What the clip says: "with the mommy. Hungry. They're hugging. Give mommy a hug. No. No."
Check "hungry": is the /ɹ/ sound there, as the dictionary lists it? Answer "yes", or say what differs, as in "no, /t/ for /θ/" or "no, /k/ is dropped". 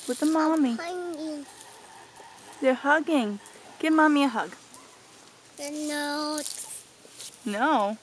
no, /ɹ/ is dropped